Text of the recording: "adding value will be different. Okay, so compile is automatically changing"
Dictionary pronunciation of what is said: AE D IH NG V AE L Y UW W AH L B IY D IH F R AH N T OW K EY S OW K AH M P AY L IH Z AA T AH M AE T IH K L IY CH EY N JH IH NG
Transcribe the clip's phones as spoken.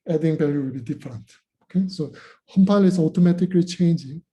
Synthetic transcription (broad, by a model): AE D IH NG B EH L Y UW W AH L B IY D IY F R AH N T OW K EY S OW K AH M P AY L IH S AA T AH M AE T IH K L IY CH EY N JH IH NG